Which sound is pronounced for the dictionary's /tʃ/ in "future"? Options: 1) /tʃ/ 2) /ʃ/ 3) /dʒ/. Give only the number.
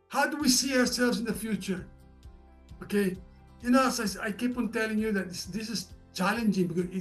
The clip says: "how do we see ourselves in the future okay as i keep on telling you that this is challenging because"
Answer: 1